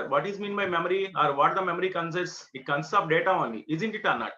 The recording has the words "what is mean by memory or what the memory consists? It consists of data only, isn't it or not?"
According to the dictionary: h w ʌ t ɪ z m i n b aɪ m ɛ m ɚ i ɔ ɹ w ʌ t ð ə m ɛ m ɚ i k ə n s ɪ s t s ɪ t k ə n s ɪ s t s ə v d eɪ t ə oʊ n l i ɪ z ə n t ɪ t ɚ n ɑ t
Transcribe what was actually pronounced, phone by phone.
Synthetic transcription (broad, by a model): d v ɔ t ɪ z m i n b aɪ m ɛ m ɚ i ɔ ɹ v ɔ t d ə m ɛ m ɚ i k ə n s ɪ t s ɪ t k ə n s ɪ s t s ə p d eɪ t ə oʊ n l i ɪ z ə n t ɪ t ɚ n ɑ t